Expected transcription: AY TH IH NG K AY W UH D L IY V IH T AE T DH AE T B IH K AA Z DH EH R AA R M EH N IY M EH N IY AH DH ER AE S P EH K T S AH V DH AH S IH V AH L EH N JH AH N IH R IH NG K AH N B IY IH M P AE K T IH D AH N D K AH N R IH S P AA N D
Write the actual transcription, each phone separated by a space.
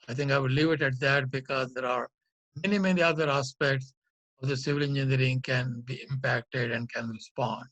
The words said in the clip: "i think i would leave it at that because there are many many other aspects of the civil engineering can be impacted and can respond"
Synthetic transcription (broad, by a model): AY T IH NG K AY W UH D L IY V IH T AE T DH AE T B IH K AA Z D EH R AA R M EH N IY M EH N IY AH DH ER AE S P EH K T S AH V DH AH S IH V AH L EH N JH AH N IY R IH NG K AH N B IY IH M P AE K T IH D AH N D K AH N R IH S P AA N D